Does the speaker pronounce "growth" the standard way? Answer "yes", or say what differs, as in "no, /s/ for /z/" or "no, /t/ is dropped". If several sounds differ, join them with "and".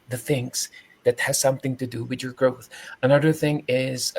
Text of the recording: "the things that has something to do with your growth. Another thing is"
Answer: yes